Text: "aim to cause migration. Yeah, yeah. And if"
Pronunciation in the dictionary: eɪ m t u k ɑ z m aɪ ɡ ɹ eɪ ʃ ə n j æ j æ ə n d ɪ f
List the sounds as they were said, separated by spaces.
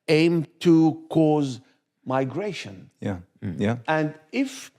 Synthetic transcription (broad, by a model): eɪ m t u k ɑ z m aɪ ɡ ɹ eɪ ʃ ə n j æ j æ ə n d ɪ f